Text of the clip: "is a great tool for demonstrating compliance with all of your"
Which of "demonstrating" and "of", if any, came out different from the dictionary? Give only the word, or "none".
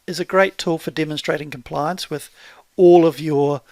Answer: none